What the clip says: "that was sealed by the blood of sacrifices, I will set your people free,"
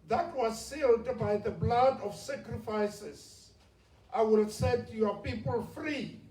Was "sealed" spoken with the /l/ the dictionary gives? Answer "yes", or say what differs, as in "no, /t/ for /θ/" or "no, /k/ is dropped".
yes